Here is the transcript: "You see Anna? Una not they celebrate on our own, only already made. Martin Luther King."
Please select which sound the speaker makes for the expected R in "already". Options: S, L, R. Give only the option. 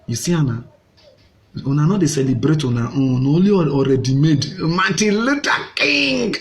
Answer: R